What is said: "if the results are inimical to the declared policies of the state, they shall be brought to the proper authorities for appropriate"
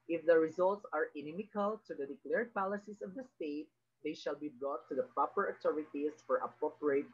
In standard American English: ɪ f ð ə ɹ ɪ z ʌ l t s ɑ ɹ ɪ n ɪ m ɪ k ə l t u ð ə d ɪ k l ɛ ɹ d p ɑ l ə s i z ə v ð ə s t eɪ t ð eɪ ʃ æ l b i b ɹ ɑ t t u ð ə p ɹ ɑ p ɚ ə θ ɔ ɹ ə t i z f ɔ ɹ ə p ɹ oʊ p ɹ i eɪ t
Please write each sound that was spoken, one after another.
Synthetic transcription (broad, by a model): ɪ f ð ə ɹ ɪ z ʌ l t s ɑ ɹ ɪ n ɪ m ɪ k ə l t u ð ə d ɪ k l ɛ ɹ d p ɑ l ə s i s ə v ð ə s t eɪ t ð eɪ ʃ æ l b i b ɹ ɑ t t u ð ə p ɹ ɑ p ɚ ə t ɔ ɹ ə t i s f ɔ ɹ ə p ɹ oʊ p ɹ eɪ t